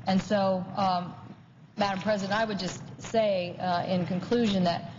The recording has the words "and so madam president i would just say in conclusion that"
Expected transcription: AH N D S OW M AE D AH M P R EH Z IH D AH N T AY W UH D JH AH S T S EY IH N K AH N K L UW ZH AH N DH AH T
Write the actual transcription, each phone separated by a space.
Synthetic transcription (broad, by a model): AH N S OW M AE D AH M P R EH Z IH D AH N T AY W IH D JH AH S T S EY IH N K AH N K L UW ZH AH N DH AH T